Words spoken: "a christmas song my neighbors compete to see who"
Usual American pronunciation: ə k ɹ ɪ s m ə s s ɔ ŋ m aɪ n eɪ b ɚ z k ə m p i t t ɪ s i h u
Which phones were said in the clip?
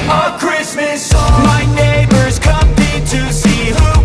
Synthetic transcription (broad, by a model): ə k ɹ ɪ s m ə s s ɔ m aɪ n eɪ b ɚ z k ə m i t t ɪ s i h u